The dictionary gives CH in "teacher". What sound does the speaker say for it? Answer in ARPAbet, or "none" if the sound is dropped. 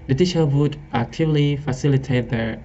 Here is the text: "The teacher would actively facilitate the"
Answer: SH